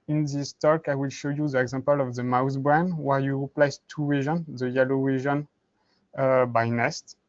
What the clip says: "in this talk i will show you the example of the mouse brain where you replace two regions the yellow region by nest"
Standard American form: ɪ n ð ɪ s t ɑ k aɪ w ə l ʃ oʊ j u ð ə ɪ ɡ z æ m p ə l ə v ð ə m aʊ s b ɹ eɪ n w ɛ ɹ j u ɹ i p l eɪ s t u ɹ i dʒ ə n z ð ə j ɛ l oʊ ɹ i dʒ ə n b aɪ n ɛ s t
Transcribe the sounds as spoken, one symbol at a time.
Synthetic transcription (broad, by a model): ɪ n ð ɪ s t ɑ k aɪ w ə l ʃ oʊ j u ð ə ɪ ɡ z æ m p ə l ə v ð ə m aʊ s b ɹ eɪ n w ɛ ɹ j u ɹ i p l eɪ s t u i ʒ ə n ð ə j ɛ l oʊ w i ʒ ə n b aɪ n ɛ s t